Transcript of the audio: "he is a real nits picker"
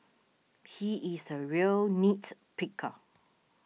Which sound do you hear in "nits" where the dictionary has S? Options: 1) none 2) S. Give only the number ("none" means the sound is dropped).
1